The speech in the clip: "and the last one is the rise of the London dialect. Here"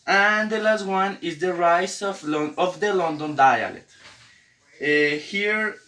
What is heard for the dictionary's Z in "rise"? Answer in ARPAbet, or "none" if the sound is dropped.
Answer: S